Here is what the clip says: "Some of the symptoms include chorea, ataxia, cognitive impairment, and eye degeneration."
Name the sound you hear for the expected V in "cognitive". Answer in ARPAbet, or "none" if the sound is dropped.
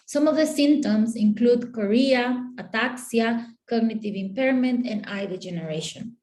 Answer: V